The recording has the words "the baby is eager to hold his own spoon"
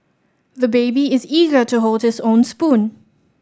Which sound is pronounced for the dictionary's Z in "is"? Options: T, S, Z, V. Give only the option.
Z